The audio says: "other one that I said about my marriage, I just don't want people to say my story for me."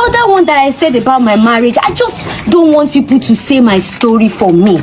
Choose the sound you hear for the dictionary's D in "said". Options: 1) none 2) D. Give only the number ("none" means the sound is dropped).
2